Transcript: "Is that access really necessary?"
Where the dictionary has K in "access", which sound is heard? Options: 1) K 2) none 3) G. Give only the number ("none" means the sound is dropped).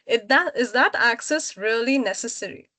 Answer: 1